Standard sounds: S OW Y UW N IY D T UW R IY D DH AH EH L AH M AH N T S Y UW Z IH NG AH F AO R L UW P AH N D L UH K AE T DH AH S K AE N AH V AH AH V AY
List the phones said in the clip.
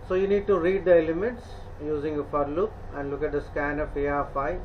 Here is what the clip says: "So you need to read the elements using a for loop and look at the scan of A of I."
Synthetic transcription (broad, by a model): S OW Y UW N IY D T UW R IY D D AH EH L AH M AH T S Y UW Z IH NG AH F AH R L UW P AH N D L UH K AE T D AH S K AE N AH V AH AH F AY